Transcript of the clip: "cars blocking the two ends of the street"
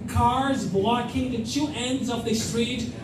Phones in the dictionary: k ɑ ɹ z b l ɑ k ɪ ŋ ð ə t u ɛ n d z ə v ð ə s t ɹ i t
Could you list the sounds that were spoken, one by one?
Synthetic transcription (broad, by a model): k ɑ ɹ z b l ɑ k ɪ ŋ ð ə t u ɛ n d z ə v ð ə s t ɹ i t